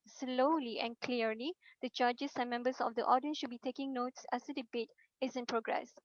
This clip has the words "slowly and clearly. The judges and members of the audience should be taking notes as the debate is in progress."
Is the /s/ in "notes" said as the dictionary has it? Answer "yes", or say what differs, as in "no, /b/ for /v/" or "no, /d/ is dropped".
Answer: yes